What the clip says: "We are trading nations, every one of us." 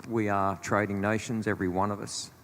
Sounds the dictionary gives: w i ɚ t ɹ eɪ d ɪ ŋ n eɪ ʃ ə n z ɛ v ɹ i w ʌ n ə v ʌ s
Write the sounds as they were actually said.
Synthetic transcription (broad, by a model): w i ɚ t ɹ eɪ d ɪ ŋ n eɪ ʃ ə n z ɛ v ɹ i w ʌ n ə v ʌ s